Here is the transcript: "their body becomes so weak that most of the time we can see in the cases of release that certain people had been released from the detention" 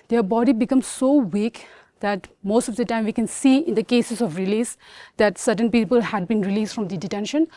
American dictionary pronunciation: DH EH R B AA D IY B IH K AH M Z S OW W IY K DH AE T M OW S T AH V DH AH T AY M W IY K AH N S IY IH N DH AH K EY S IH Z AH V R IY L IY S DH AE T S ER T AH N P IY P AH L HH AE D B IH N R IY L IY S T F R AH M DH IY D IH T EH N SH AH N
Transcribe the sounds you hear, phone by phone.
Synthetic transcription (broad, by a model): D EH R B AA D IY B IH K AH M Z S OW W IY K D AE T M OW S T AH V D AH T AY M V IY K AH N S IY IH N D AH K EY S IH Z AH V R IY L IY S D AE T S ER T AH N P IY P AH L HH AE D B IH N R IY L IY S T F R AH M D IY D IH T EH N SH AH N